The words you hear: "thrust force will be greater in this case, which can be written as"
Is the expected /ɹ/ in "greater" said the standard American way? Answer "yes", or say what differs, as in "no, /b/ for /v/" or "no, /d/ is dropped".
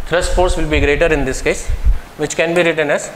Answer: yes